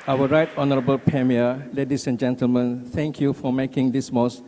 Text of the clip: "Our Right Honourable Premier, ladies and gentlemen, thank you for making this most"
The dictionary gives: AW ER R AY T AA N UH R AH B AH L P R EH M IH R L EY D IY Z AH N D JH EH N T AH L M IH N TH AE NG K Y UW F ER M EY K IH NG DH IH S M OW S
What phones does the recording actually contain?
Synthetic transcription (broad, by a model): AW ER R AY T AA N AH R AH B AH L P R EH M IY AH L EY D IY S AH N JH EH N T AH L M IH N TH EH NG K Y UW F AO M EY K IH NG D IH S M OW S